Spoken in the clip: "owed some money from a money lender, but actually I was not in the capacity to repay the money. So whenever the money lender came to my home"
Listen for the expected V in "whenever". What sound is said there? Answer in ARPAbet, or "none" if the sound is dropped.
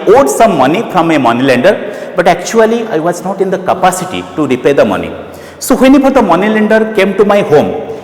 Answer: P